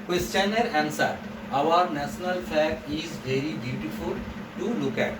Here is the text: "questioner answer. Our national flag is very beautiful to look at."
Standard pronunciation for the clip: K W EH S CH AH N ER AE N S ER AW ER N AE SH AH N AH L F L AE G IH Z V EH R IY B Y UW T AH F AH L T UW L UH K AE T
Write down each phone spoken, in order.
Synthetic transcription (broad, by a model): K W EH S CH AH N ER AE N S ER AW ER N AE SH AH N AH L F AE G IH Z V EH R IY B Y UW T AH F AH L T UW L UH K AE T